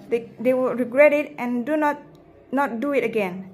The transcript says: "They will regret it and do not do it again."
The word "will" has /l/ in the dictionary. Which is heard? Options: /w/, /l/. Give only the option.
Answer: /w/